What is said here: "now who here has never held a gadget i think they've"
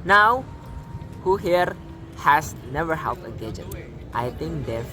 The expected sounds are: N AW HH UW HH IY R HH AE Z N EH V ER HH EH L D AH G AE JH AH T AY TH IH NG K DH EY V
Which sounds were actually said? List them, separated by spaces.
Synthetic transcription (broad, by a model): N AW HH UW HH IY R HH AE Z N EH V ER HH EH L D AH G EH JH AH T AY T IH NG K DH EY